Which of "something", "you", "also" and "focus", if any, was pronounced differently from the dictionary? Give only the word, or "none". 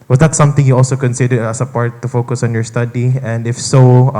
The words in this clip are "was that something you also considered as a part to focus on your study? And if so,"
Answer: something